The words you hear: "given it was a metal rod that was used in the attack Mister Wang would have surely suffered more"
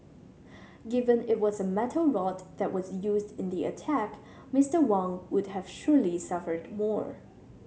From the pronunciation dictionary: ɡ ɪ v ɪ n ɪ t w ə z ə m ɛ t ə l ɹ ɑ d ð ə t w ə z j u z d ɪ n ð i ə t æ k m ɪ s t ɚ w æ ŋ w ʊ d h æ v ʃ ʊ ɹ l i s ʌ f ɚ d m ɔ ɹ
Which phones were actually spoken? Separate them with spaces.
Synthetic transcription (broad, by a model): ɡ ɪ v ɪ n ɪ t w ə z ə m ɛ t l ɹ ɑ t ð ə t w ə z j u z d ɪ n ð i ə t æ k m ɪ s t ɚ w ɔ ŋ w ʊ d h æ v ʃ ʊ ɹ l i s ʌ f ɚ d m ɔ ɹ